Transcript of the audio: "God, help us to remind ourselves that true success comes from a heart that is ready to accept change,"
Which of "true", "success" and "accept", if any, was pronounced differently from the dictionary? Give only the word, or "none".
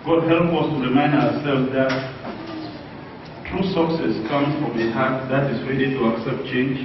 none